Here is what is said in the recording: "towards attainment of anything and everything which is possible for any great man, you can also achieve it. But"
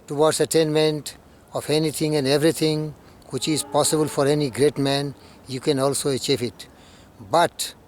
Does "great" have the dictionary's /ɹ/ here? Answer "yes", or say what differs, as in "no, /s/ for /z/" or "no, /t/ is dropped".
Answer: yes